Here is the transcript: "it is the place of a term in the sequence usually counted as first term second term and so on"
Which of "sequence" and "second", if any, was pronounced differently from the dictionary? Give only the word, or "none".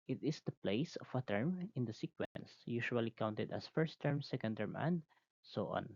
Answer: none